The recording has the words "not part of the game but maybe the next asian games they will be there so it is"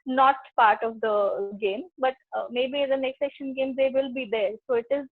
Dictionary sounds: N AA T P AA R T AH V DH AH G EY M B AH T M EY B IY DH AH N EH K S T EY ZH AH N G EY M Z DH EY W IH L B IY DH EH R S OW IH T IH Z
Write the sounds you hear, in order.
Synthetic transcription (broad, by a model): N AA T P AA R T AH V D AH G EY M B AH T M EY B IY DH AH N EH K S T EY SH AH N G EY M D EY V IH L B IY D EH R S OW IH T IH Z